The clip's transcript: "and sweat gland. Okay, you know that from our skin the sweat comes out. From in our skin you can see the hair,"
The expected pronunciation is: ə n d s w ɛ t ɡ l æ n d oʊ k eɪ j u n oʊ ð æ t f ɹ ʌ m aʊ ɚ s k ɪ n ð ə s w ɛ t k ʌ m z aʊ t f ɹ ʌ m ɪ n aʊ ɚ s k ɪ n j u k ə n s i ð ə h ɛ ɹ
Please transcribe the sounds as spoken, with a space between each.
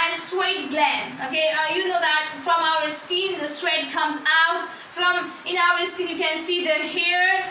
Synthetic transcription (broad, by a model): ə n s w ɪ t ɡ l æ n oʊ k eɪ j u n oʊ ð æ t f ɹ ʌ m aʊ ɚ s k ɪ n ð ə s w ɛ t k ʌ m z aʊ t f ɹ ʌ m ɪ n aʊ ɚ s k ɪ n j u k ə n s i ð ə h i ɹ